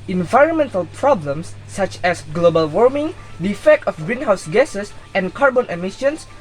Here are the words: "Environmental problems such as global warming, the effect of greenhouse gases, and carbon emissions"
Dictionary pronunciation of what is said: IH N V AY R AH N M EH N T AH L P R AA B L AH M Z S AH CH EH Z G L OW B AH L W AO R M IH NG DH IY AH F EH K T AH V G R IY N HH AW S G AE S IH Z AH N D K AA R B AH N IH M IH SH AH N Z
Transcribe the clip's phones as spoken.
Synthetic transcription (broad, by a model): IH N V AY R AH N M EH N T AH L P R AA B L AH M S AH CH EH S G L OW B AH L W AO R M IH NG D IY AH F EH K T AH F G R IY N HH AW S G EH S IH S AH N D K AA R B AH N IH M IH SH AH N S